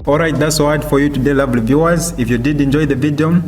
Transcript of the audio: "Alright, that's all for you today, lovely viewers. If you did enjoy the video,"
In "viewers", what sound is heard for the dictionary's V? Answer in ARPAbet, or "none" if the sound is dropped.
V